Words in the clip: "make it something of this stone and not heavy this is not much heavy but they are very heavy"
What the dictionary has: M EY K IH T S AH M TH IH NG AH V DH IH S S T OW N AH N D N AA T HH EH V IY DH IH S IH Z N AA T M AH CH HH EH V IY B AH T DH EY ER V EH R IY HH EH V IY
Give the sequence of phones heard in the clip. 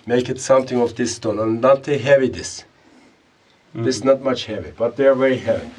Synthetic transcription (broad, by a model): M EY K IH T S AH M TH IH NG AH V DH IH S S T OW N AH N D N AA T HH EH V IY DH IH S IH S N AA T M AH CH HH EH V IY B AH T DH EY ER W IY HH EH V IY